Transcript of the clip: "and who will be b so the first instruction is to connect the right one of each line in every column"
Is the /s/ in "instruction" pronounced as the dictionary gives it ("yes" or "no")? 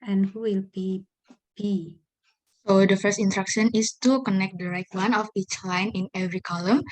no